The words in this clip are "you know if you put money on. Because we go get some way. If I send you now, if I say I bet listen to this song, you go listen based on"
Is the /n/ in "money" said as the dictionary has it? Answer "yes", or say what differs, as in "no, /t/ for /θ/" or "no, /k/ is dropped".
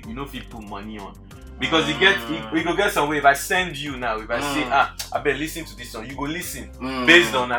yes